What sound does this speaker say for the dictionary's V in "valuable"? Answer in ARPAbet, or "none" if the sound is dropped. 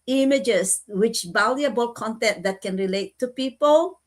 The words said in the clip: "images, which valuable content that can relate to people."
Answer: B